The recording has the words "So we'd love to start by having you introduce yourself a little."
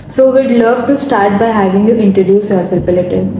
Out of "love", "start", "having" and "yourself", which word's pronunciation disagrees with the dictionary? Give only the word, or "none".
yourself